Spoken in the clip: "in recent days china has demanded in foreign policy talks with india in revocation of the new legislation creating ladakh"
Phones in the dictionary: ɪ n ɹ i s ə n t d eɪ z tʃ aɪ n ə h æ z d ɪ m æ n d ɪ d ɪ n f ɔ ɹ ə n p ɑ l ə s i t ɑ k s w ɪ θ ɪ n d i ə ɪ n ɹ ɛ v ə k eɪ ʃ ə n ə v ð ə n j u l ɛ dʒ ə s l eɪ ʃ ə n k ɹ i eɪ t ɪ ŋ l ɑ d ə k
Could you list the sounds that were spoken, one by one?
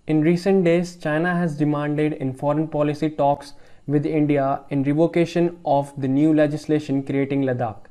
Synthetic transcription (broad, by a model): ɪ n ɹ i s ə n t d eɪ z tʃ aɪ n ə h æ z d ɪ m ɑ n d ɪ d ɪ n f ɔ ɹ ə n p ɑ l ə s i t ɑ k s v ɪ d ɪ n d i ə ɪ n ɹ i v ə k eɪ ʃ ə n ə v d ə n j u l ɛ dʒ ə s l eɪ ʃ ə n k ɹ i eɪ t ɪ ŋ l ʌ d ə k